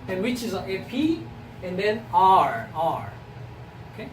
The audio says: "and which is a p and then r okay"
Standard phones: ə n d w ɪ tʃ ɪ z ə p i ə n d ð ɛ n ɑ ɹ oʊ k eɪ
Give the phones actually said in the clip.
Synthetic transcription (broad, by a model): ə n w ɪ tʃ ɪ z ə p i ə n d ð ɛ n ɑ ɹ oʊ k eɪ